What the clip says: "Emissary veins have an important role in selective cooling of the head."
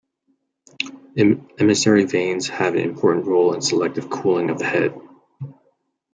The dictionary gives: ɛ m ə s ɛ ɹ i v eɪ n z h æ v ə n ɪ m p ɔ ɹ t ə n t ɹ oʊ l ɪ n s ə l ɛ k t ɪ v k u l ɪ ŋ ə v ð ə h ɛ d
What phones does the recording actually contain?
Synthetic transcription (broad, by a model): ɛ m ə s ɛ ɹ i v eɪ n z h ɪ v ə n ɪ m p ɔ ɹ t n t ɹ oʊ l ɪ n s ə l ɛ k t ɪ v k u l ɪ ŋ ə v ð ə h ɛ d